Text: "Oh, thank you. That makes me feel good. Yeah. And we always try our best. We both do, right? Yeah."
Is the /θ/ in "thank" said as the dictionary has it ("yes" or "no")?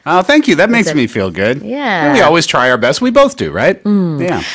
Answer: yes